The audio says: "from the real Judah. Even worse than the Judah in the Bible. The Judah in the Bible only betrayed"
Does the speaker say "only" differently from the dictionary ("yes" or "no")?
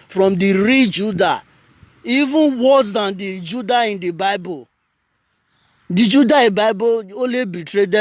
yes